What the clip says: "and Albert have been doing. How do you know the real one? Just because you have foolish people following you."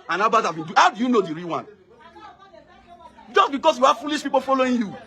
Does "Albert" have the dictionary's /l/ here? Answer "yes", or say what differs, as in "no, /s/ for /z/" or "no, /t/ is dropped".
no, /l/ is dropped